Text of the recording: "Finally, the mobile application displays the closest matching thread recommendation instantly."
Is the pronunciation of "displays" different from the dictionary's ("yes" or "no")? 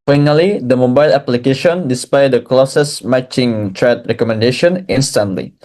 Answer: yes